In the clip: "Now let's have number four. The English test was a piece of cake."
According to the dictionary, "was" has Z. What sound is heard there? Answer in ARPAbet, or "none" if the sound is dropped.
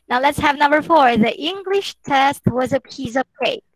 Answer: Z